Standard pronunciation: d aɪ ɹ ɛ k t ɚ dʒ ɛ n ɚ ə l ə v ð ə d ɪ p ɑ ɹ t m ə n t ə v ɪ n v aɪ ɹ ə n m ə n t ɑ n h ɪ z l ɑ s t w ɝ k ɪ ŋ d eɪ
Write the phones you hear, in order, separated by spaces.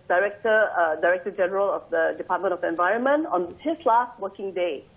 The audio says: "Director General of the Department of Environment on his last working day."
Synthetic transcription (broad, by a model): d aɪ ɹ ɛ k t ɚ dʒ ɛ n ɚ ə l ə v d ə d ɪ p ɑ t m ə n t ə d ɪ n v aɪ ɹ ə n m ə n t ɑ n h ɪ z l ɑ s t w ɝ k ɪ ŋ d eɪ